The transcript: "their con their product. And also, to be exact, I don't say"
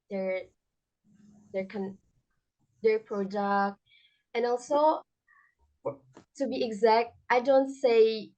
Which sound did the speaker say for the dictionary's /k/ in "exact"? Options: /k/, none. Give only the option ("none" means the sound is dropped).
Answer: /k/